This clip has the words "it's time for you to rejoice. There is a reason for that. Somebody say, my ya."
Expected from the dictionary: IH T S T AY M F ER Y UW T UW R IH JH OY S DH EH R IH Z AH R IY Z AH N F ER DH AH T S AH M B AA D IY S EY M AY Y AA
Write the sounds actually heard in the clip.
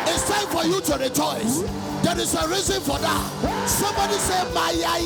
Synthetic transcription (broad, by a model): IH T S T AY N F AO Y UW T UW R IH JH OY S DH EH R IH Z AH R IY Z AH N F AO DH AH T S AH M B AA D IY S EY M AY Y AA